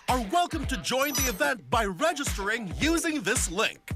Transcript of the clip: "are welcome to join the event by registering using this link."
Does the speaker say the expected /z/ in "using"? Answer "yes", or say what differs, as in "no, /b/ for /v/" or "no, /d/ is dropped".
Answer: yes